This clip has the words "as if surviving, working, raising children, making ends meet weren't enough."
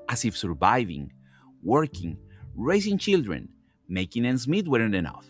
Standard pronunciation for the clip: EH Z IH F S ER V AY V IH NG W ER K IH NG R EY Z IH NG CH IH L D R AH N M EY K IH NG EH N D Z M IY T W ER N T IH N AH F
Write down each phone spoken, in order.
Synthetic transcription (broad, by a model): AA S IH F S ER V AY V IH NG W ER K IH NG R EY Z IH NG CH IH L D R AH N M EY K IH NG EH N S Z M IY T W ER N IH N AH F